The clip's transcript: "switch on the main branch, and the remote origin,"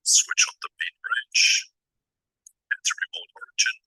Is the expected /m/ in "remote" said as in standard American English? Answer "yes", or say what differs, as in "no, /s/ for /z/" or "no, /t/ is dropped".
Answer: no, /m/ is dropped